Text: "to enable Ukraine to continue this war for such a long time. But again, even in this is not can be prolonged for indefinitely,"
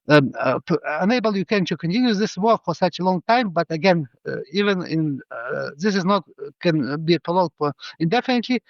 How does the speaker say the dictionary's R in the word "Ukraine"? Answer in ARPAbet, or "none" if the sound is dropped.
none